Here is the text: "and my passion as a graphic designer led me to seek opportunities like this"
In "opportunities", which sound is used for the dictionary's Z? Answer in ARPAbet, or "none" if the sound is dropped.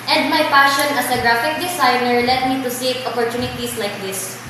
S